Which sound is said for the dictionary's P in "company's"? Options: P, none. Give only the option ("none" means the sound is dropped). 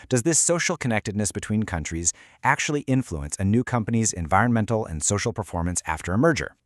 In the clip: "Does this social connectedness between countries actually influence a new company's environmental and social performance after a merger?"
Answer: P